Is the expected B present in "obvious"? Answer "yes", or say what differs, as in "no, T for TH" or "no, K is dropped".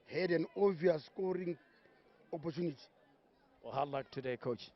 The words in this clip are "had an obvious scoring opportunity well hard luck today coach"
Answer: no, B is dropped